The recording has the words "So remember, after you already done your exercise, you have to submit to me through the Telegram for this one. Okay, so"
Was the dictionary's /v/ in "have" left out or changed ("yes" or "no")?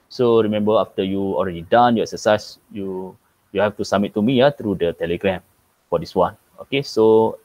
yes